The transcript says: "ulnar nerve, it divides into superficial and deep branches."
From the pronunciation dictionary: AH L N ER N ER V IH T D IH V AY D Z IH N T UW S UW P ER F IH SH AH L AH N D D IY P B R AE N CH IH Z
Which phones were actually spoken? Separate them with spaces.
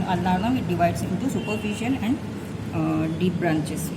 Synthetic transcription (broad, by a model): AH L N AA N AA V IH T D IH V AY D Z IH N T UW S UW P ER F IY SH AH N AH N D D IY P B R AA N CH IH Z